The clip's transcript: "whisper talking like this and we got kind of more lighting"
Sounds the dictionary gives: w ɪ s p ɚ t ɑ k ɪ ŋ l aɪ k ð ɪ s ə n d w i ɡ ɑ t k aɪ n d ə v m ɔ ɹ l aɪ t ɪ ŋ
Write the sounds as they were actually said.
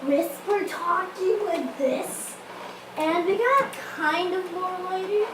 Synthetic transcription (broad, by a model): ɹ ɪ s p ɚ t ɑ k ɪ ŋ w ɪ ð ɪ s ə n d w i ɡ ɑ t k aɪ n d ə v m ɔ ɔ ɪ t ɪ